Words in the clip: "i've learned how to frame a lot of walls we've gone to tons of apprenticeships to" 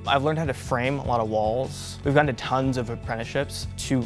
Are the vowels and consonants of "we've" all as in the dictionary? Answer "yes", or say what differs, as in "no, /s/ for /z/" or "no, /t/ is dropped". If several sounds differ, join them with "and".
yes